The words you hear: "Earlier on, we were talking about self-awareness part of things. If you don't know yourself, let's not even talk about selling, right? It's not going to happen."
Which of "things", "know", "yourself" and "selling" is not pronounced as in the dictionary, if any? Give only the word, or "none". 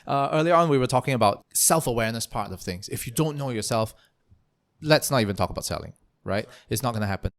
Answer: none